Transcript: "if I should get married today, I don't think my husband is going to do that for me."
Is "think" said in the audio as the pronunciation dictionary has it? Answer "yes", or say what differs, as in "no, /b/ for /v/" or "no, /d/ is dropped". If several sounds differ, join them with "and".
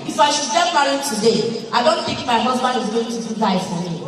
no, /t/ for /θ/